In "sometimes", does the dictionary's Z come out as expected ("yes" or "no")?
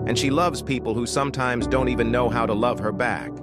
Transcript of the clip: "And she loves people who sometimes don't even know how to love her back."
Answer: yes